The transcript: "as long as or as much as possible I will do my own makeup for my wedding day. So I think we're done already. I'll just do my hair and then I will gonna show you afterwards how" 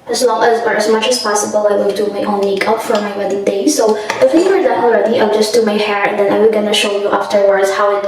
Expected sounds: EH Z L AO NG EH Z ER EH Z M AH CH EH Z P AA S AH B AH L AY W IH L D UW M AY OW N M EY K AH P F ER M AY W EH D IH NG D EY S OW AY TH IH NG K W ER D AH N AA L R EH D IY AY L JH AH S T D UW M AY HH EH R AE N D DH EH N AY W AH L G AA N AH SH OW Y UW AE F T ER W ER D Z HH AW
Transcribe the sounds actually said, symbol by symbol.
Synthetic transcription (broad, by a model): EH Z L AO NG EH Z ER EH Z M AH CH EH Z P AA S AH B AH L AY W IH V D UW M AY OW N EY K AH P F ER M AY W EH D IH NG D EY S OW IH F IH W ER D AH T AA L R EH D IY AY JH AH S T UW M AY HH EH R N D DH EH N AY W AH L G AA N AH SH OW Y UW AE F T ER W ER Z HH AW